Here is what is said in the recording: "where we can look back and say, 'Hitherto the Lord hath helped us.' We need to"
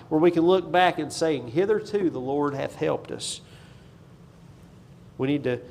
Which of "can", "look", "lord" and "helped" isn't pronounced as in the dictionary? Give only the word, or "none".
none